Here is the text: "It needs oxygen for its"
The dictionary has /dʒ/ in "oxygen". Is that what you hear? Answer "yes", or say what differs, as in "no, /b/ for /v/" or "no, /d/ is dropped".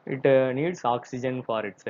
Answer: yes